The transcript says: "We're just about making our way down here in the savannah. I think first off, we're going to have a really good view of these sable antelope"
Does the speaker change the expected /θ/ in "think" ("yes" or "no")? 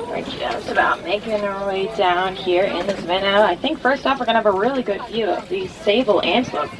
no